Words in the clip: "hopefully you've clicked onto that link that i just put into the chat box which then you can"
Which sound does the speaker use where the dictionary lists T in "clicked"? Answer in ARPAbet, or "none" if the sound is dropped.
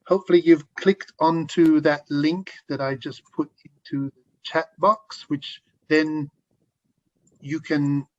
T